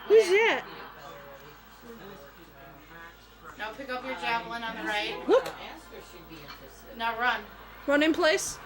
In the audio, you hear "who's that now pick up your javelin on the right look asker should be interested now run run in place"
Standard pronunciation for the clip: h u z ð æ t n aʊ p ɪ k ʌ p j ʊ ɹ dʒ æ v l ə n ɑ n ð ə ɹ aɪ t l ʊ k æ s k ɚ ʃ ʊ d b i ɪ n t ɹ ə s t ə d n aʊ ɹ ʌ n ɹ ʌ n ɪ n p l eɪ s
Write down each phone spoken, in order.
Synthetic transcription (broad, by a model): h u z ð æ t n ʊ p ɪ k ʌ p j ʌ ɹ dʒ æ v l ə n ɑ n ð ə ɹ aɪ t w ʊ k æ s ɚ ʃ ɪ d b i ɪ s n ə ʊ ɹ ʌ n ɹ ʌ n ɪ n p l eɪ s